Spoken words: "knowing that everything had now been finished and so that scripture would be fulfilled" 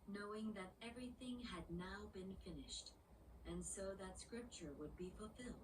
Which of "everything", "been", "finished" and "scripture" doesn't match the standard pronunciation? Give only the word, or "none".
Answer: none